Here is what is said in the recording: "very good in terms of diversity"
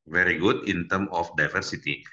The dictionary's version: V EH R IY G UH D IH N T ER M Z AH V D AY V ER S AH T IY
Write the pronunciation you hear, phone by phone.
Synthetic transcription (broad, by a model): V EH R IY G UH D IH N T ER M AH F D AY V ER S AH T IY